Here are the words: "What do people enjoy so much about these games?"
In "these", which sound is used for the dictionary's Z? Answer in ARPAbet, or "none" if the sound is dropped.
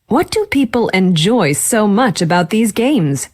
Z